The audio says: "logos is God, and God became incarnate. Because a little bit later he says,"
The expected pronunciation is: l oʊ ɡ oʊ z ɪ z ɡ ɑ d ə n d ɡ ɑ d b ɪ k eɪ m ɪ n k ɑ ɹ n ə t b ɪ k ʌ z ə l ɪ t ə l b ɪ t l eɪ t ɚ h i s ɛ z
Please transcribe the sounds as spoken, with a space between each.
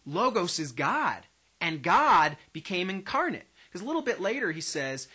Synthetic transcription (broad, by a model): l oʊ ɡ oʊ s ɪ z ɡ ɑ d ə n ɡ ɑ d b ɪ k eɪ m ɪ n k ɑ ɹ n ə t k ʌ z ə l ɪ t l b ɪ t l eɪ t ɚ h i s ɛ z